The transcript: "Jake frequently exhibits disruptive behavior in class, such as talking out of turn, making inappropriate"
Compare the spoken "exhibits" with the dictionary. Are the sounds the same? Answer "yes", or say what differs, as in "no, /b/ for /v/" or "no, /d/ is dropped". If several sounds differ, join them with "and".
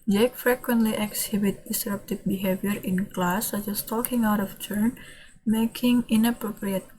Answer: no, /s/ is dropped